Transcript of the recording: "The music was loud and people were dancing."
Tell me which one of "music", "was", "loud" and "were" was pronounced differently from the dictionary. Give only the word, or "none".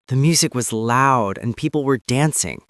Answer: none